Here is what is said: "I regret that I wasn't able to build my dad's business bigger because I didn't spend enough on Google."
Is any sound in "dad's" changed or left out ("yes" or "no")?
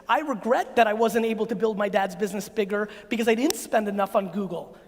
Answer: no